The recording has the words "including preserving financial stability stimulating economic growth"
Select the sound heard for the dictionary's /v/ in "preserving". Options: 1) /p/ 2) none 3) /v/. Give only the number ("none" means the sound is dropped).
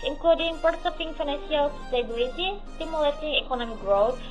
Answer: 1